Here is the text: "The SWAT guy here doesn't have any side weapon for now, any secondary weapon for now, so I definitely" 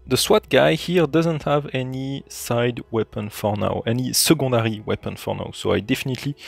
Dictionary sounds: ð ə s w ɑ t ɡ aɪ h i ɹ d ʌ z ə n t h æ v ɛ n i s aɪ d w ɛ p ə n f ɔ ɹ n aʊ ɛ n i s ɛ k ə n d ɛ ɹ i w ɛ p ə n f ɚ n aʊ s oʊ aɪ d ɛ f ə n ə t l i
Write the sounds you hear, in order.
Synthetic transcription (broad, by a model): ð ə s w ɑ t ɡ aɪ h i ɹ d ʌ z ə n t h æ v ɛ n i s aɪ d w ɛ p ə n f ɔ ɹ n aʊ ɛ n i s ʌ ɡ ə d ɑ ɹ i w ɛ p ə n f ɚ n aʊ s oʊ aɪ d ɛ f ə n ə t l i